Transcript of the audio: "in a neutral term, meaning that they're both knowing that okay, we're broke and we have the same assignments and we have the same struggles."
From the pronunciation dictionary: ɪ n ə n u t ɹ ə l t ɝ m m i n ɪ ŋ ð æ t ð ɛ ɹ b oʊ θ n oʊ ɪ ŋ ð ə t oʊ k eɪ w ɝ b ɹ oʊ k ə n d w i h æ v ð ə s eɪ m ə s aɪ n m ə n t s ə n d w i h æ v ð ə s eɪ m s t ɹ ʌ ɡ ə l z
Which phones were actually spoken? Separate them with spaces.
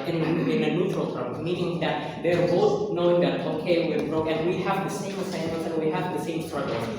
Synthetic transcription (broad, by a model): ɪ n ə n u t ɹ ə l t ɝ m m i n ɪ ŋ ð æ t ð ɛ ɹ b oʊ θ n oʊ ɪ ŋ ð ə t oʊ k eɪ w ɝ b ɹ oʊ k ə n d w i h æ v ð ə s eɪ m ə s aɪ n ə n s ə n w i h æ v ð ə s eɪ m s t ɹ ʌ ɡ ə l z